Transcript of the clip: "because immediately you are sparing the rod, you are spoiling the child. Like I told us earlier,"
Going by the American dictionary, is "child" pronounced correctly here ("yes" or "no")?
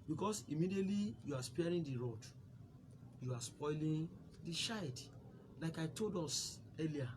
no